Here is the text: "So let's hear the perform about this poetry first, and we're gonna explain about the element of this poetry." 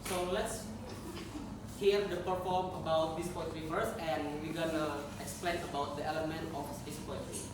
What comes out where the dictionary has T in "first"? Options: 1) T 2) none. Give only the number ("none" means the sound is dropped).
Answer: 2